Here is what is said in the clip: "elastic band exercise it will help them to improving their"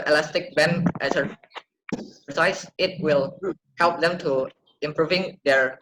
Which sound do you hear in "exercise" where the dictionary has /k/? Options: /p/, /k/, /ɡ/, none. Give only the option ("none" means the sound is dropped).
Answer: none